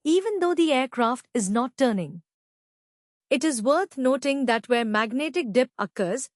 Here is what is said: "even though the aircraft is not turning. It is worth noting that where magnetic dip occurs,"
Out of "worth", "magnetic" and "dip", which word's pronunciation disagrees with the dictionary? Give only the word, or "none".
worth